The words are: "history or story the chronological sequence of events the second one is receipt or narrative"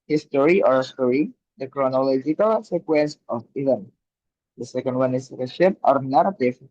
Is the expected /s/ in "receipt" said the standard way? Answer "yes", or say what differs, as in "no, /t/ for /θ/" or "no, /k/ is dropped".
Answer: no, /ʃ/ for /s/